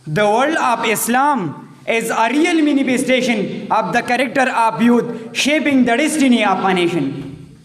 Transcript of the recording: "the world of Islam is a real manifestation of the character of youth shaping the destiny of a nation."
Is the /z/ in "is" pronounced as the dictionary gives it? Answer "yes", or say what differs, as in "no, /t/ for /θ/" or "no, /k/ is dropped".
yes